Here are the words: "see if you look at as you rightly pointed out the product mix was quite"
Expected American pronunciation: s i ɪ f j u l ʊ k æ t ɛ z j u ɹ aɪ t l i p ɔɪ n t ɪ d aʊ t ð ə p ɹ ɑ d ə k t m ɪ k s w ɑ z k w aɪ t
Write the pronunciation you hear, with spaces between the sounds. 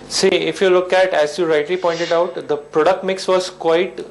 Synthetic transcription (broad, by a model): s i ɪ f j u l ʊ k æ t ɛ z j u ɹ aɪ t l i p ɔɪ n t ɪ d aʊ t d ə p ɹ ɑ d ə k t m ɪ k s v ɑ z k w aɪ t